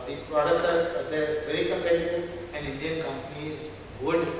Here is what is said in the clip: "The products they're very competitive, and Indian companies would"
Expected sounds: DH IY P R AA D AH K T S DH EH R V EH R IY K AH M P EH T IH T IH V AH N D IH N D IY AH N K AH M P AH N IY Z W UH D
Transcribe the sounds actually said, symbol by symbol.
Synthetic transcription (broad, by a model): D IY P R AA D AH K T S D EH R V EH R IY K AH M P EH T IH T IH AH N D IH N D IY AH N K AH M P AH N IY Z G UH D